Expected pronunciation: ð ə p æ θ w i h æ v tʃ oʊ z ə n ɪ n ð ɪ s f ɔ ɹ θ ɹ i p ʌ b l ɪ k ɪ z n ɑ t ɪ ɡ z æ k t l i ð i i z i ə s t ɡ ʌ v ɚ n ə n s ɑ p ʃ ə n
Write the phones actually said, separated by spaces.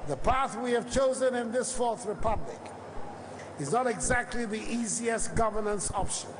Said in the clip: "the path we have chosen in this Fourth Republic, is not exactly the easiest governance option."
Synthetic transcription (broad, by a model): ð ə p æ θ w i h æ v tʃ oʊ z ə n ɪ n ð ɪ s f ɔ ɹ θ ɹ i p ʌ b l ɪ k ɪ z n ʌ t ɪ ɡ z æ k t l i ð i i z i ə s t ɡ ʌ v ɚ n ə n s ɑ p ʃ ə n